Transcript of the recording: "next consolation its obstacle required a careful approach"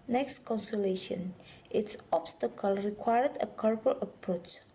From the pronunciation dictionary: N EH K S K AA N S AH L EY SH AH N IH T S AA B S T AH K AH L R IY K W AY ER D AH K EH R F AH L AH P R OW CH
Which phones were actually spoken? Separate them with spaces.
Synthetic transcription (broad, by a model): N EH K S K AA N S AH L EY SH AH N IH T S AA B S T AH K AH L R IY K W AY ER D AH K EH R P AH L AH P R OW CH